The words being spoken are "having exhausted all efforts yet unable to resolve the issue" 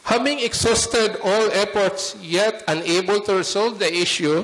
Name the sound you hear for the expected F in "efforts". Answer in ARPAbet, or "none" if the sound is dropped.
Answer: P